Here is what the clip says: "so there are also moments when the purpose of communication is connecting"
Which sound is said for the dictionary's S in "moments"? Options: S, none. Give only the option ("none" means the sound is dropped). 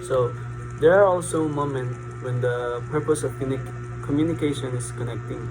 none